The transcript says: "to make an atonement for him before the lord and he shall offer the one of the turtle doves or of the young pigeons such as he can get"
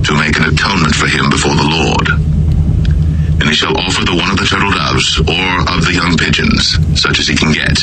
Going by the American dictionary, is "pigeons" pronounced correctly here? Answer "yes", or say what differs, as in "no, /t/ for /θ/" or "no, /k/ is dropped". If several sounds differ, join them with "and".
yes